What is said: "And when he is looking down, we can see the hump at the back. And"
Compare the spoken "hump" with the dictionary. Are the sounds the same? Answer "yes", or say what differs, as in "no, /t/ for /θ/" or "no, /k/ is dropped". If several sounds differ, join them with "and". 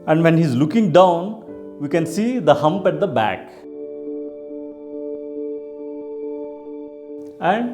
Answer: yes